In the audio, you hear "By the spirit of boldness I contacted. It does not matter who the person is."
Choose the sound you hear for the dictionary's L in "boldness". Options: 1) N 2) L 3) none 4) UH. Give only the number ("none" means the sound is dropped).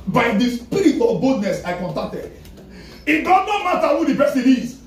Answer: 3